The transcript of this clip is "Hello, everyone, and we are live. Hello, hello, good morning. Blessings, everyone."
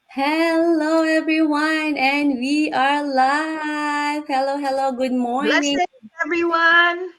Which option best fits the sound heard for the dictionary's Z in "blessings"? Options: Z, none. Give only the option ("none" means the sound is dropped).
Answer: none